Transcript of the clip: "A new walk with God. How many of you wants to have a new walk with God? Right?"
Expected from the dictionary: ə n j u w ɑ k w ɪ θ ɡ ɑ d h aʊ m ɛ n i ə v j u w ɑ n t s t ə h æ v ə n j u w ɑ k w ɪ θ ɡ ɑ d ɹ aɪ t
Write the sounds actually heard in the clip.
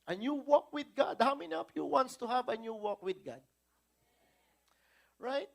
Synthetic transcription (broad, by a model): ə n j u w ɑ k w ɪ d ɡ ɑ d h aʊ m ɛ n i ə p j u w ɑ n t s t ə h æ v ə n j u w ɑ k w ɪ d ɡ ɑ d ɹ aɪ t